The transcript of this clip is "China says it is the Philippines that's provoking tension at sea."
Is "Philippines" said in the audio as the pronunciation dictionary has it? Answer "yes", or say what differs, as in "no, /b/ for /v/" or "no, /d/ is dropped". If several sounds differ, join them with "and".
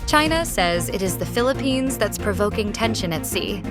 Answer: yes